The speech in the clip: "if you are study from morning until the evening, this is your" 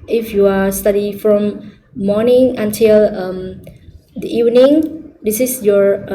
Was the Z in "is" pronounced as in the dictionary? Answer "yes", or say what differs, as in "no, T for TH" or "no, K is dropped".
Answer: no, S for Z